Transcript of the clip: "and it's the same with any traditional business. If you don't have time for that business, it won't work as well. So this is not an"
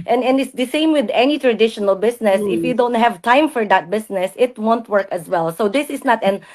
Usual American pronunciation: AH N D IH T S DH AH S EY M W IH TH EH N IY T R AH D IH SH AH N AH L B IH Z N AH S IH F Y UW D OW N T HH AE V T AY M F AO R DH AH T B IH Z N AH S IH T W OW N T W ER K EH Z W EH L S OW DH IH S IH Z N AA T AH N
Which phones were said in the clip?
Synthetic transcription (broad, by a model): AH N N IH T S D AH S EY M W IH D EH N IY T R AH D IH SH AH N AH L B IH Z N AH S IH F Y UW D OW N T HH AE V T AY M F AO R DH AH T B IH S N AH S IH T W OW N T W ER K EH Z W EH L S OW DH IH S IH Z N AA T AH N